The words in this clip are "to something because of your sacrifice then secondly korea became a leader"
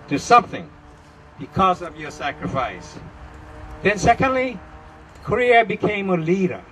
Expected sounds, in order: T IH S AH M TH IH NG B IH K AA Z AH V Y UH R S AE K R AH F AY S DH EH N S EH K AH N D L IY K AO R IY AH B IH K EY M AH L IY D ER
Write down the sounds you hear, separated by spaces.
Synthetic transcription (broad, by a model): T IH S AH M TH IH NG B IH K AA Z AH V Y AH R S AE K R AH F AY S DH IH N S EH K AH N D L IY K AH R IY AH B IH K EY M AH L IY D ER